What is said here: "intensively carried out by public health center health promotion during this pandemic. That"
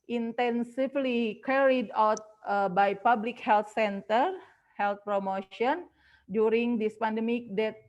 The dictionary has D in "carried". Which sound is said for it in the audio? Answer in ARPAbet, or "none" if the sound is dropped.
D